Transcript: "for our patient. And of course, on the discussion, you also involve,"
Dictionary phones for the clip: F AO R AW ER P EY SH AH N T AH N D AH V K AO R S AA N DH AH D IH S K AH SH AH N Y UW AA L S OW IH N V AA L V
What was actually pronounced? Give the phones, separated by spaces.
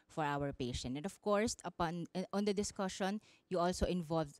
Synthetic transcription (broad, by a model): F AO R AW ER P EY SH AH N T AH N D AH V K AO R S AA N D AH D IH S K AH SH AH N Y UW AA L S OW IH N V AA L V